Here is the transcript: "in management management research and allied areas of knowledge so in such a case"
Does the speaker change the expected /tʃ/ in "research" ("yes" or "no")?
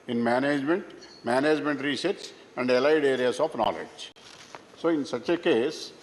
yes